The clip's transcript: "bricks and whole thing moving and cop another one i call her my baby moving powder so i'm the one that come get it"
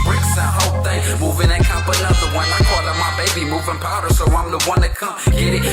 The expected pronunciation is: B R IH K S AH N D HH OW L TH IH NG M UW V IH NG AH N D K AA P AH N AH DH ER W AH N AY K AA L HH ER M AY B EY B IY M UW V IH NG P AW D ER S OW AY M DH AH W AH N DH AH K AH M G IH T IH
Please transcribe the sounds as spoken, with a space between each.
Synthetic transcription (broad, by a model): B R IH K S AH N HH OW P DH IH M UW V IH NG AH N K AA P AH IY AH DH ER W AH N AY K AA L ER M AY B EY B IY M UW V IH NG P AW D ER S OW AY M DH AH W AH N DH AH K AH M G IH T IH